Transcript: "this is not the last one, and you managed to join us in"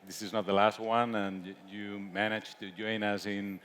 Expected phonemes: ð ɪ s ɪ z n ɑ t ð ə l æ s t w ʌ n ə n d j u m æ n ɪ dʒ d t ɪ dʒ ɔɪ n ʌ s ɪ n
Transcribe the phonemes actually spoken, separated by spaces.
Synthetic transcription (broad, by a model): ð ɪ s ɪ z n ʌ t ð ə l æ s t w ʌ n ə n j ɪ m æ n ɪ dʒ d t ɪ dʒ ɔɪ n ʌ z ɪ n